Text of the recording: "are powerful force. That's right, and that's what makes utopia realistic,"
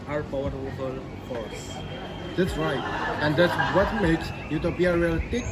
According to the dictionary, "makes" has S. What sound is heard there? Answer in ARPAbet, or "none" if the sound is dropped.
S